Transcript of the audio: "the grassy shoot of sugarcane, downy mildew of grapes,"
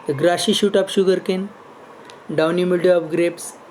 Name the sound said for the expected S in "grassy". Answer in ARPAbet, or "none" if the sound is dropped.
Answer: SH